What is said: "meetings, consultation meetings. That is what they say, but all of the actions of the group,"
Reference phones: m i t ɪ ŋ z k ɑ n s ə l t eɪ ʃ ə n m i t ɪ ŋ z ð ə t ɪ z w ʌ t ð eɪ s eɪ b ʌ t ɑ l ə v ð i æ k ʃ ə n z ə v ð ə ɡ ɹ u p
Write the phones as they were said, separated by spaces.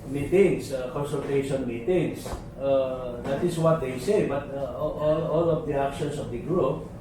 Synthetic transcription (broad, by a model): m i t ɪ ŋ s k ɑ n s ə l t eɪ ʃ ə n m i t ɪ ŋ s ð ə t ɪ s w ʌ t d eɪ s eɪ b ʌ t ɑ l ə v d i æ k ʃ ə n s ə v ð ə ɡ ɹ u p